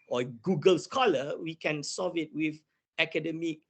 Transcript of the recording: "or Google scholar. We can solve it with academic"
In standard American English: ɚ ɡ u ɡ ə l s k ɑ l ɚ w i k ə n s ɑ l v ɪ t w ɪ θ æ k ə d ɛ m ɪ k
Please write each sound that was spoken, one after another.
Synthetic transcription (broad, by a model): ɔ ɡ u ɡ ə l s k ɑ l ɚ w i k ə n s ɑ v ɪ t w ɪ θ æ k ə d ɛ m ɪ k